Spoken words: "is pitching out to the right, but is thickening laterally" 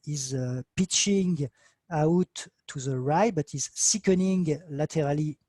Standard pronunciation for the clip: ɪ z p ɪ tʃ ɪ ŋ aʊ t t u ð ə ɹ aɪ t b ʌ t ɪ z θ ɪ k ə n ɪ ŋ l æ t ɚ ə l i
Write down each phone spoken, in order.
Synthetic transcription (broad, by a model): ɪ z p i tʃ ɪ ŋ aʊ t t u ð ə ɹ aɪ b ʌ t ɪ z s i k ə n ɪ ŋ l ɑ t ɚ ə l i